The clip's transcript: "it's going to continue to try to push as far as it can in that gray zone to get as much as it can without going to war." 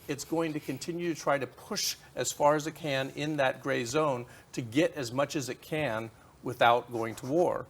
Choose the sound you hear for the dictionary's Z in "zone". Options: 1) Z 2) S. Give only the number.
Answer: 1